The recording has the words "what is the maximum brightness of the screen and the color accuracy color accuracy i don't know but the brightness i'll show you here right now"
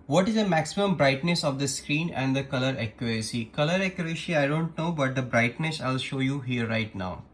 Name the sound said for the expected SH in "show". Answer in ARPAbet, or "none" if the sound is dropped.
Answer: SH